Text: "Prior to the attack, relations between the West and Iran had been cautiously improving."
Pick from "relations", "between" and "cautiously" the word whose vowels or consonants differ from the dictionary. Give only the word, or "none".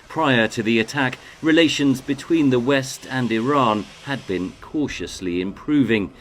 none